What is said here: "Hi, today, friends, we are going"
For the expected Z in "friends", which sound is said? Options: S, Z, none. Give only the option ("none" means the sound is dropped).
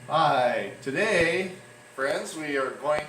Z